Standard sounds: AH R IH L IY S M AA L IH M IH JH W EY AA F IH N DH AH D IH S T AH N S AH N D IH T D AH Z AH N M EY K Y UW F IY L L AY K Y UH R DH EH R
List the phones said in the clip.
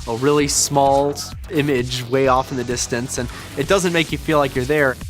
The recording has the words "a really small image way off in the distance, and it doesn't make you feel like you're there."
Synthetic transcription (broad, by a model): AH R IH L IY S M AA L IH M IH JH W EY AA F N DH AH D IH S T AH N S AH N IH T D AH Z AH N M EY K Y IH F IY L L AY K Y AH R DH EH R